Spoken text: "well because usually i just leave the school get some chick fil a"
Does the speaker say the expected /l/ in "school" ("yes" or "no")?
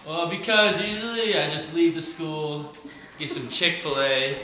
yes